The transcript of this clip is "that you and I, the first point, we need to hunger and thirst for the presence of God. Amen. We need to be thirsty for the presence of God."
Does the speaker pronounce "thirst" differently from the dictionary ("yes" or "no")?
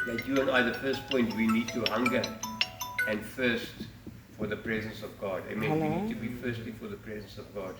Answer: yes